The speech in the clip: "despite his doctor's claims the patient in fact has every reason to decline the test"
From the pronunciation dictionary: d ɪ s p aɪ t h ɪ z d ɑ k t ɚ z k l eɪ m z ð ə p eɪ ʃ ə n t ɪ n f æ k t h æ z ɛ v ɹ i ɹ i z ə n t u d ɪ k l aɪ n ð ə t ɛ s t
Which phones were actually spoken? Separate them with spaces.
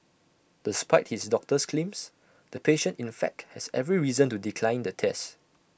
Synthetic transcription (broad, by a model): d ɪ s p aɪ t h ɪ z d ɑ k t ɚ s k l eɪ m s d ə p eɪ ʃ ə n t ɪ n f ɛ k t h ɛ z ɛ v ɹ i ɹ i z ə n t u d ɪ k l aɪ n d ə t ɛ s t